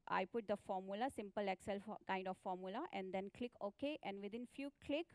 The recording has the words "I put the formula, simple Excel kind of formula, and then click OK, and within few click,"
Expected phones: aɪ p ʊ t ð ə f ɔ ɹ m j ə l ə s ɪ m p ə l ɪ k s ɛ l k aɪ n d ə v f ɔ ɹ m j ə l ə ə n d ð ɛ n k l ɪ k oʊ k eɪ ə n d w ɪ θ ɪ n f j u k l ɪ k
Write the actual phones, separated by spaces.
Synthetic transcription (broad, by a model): aɪ p ʊ t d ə f ɔ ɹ m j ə l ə s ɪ m p ə l ɪ k s ɛ l k aɪ n d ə f ɔ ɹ m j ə l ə ə n d ɛ n k l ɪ k oʊ k eɪ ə n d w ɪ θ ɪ n f j u k l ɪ k